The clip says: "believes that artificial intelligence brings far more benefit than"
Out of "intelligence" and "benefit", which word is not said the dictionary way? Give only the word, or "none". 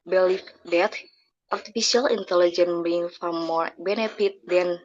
intelligence